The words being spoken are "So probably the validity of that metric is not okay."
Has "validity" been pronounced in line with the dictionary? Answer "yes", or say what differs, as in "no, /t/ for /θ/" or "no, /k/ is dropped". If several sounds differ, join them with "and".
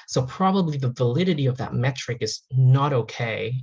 yes